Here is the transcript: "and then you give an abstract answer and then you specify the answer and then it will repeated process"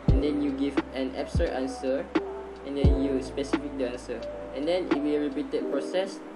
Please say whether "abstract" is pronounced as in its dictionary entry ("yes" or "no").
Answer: no